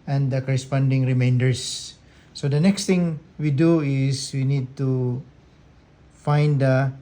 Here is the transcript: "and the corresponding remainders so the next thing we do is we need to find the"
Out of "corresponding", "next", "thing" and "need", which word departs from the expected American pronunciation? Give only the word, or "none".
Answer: thing